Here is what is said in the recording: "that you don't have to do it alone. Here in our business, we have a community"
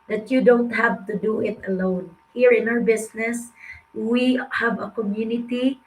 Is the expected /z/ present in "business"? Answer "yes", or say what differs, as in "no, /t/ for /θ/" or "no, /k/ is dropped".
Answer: no, /s/ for /z/